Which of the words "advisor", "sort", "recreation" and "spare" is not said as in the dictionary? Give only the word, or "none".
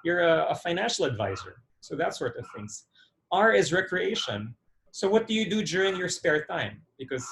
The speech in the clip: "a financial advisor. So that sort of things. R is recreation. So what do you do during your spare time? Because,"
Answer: none